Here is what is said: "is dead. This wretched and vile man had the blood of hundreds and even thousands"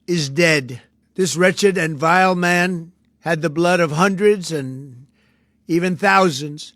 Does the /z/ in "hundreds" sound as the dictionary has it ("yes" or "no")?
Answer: yes